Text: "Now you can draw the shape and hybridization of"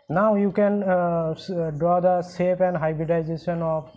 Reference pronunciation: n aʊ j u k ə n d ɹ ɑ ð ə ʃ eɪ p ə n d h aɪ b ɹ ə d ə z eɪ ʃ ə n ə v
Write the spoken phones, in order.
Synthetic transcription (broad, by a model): n aʊ j u k ə n d ɹ ɑ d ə s eɪ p ə n d h aɪ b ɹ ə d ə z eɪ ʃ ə n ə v